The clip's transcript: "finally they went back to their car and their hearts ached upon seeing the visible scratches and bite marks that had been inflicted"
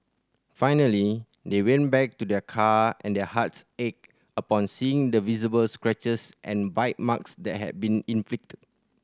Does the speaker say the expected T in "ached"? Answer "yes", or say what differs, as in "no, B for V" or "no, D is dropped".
no, T is dropped